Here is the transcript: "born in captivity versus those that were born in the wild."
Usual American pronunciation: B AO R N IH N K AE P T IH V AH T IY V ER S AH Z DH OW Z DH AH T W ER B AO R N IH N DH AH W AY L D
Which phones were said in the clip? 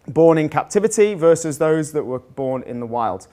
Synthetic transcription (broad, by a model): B AO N IH N K AE P T IH V AH T IY V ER S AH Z DH OW Z DH AH T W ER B AO N IH N DH AH W AY L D